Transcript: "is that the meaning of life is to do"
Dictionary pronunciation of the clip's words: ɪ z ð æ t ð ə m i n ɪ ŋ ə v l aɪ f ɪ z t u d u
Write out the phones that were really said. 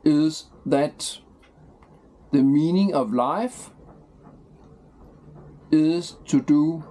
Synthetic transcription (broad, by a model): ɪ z ð æ t ð ə m i n ɪ ŋ ə v l aɪ f ɪ z t u d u